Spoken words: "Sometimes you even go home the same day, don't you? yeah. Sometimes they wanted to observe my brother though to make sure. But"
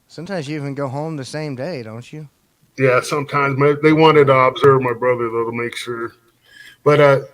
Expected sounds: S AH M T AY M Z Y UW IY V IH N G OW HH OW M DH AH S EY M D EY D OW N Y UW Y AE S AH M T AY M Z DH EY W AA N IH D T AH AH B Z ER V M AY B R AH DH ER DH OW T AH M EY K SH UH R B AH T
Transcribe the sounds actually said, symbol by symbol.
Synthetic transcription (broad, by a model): S AH M T AY M Z Y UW IY V IH N G OW HH OW M DH AH S EY M D EY D OW N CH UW Y AE S AH M T AY M Z DH EY W AA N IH D T AH AH B Z ER V M AY B R AH DH ER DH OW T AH M EY K SH UH R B AH T